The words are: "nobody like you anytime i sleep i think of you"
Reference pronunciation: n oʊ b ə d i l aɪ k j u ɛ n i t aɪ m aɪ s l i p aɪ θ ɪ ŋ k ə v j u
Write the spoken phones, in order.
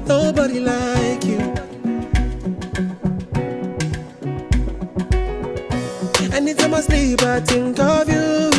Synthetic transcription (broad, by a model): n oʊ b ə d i l aɪ k j u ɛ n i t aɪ m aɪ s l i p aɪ t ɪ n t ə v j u